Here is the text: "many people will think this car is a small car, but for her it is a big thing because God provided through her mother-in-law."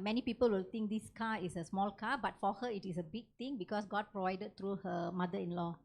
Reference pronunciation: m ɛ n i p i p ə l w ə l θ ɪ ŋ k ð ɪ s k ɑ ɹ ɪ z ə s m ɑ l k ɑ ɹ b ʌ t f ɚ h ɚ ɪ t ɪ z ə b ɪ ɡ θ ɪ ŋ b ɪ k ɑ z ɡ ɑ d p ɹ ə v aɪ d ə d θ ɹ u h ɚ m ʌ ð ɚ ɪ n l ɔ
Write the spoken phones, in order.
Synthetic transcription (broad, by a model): m ɛ n i p i p ə l w ə l t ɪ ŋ k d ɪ s k ɑ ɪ s ə s m ɑ l k ɑ b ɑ t f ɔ h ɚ ɪ t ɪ s ə b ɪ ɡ t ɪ ŋ b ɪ k ɑ s ɡ ɑ d p ɹ ə v aɪ d ə d t ɹ u h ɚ m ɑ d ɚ ɪ n l ɔ